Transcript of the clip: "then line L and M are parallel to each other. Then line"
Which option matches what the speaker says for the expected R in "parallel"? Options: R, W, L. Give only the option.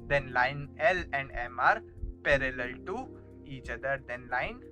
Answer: R